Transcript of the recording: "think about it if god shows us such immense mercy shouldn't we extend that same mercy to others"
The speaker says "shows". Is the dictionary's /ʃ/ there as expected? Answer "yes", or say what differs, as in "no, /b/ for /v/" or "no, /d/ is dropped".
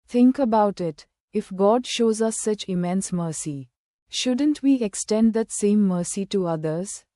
yes